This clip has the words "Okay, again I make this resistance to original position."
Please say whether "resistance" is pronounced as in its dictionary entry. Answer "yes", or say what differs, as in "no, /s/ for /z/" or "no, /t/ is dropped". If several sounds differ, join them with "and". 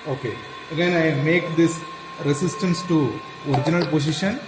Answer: no, /s/ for /z/